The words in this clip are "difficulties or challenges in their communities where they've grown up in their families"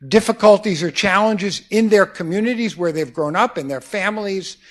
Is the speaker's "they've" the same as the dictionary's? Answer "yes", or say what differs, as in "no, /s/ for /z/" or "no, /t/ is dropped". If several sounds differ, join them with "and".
yes